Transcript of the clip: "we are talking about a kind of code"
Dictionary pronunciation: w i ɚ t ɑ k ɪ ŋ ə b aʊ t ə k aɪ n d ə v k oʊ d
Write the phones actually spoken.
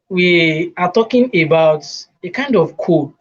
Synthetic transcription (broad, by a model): w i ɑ t ɑ k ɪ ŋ ə b aʊ t ə k aɪ n d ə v k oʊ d